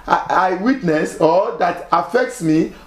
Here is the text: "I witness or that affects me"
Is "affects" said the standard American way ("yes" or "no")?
yes